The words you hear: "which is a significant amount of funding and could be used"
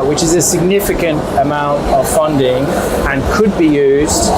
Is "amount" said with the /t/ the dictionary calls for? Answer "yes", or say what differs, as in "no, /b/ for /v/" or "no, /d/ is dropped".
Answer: yes